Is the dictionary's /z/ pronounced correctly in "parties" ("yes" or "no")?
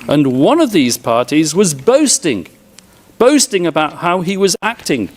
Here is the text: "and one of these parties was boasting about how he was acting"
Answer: yes